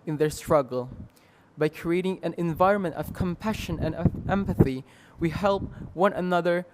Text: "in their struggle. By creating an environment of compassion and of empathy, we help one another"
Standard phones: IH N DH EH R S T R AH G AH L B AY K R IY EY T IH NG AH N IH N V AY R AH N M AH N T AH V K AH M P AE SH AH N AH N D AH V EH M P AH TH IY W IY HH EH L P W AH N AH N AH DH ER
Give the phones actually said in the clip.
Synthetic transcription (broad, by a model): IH N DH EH R S T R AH G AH L B AY K R IY EY T IH NG AH N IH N V AY R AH N M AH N T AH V K AH M P AE SH AH N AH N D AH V EH M P AH TH IY W IY HH EH L P W AH N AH N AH DH ER